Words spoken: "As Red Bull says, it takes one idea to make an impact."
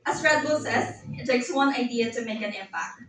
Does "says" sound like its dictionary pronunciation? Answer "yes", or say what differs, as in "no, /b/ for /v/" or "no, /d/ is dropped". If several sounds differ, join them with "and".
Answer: no, /s/ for /z/